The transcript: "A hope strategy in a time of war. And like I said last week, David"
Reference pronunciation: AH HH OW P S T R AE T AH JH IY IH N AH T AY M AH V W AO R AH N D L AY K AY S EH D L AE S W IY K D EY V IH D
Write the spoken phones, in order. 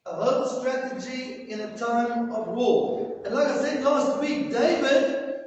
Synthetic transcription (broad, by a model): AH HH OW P S T R AE T AH JH IY IH N AH T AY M AH V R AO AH N L AY K AY S EH D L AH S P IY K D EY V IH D